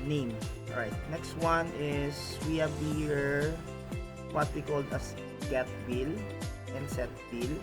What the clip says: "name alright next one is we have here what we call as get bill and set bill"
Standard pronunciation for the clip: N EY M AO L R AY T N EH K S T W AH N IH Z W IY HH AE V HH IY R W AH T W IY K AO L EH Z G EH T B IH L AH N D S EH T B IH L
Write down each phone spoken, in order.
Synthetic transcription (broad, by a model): N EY M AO R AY T N EH K S T W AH N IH S W IY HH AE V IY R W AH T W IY K AO L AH S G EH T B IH L AH N D S EH T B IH L